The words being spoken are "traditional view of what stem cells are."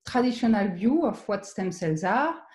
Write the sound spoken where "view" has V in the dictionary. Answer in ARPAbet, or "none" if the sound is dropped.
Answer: B